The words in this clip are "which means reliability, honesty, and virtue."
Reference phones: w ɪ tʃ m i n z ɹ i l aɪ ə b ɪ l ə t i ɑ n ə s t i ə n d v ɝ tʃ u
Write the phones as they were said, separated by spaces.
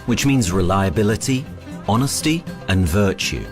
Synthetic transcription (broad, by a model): w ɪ tʃ m i n z ɹ i l aɪ ə b ɪ l ə t i ɑ n ə s t i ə n v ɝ tʃ u